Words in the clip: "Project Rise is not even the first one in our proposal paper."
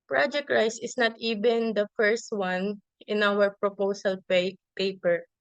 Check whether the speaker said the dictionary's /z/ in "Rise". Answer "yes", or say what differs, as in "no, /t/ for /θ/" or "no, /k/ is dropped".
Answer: no, /s/ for /z/